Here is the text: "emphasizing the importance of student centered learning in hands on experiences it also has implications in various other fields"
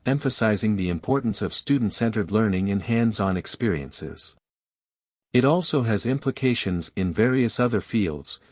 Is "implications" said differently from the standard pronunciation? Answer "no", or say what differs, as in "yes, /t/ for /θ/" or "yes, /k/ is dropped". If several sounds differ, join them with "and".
no